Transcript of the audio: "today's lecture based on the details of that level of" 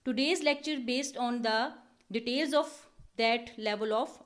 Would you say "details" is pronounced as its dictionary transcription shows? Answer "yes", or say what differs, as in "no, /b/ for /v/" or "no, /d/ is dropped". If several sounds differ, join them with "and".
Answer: yes